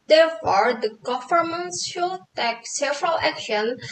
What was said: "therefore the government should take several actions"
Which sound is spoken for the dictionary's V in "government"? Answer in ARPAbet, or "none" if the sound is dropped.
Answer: F